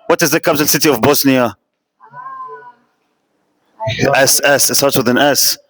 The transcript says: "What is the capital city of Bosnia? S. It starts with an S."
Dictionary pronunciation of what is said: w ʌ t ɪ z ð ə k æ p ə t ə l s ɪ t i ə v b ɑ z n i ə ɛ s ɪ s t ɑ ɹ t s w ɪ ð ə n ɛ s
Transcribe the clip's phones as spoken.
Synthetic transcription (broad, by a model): w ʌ t ɪ z ð ə k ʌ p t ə n s ɪ t i ə v b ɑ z n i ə ɛ s ɪ s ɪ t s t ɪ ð ə n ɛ s